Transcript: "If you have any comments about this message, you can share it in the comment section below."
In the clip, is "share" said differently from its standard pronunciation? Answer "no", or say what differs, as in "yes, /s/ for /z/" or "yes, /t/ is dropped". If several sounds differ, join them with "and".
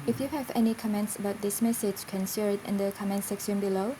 yes, /s/ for /ʃ/